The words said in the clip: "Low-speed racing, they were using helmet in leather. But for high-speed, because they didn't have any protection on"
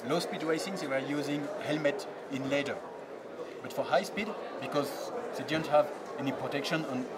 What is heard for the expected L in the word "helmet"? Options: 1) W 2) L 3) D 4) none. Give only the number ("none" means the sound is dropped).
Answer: 2